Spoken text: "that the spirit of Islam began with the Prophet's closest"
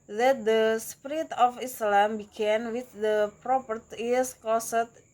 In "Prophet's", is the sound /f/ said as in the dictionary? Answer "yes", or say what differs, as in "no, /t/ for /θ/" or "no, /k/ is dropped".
no, /p/ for /f/